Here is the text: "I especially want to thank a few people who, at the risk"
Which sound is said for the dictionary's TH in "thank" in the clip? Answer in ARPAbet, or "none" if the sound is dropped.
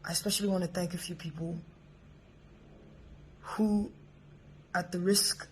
TH